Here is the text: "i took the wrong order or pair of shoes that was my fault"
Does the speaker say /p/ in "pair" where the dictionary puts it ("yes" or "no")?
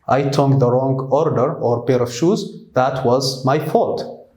no